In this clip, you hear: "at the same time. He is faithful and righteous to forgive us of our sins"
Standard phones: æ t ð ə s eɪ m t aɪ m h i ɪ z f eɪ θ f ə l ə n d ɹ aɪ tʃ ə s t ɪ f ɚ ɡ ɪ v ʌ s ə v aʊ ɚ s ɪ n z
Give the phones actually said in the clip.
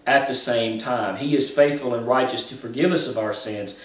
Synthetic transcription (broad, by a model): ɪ t ð ə s eɪ m t aɪ m i ɪ z f eɪ θ f ə l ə n ɹ aɪ tʃ ə s t ɪ f ɚ ɡ ɪ v ʌ s ə v aʊ ɚ s ɪ n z